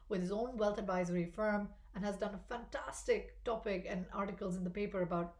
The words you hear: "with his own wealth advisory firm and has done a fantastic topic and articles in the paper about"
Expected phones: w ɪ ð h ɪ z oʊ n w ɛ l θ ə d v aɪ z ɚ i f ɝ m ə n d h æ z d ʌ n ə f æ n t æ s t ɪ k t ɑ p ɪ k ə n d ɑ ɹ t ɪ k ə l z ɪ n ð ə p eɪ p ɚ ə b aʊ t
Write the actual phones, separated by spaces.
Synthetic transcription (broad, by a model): w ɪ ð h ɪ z oʊ n w ɛ l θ ə d v aɪ z ɚ i f ɝ m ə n h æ z d ʌ n ə f æ n t æ s t ɪ k t ɑ p ɪ k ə n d ɑ ɹ t ɪ k ə l z ɪ n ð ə p eɪ p ɚ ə b aʊ t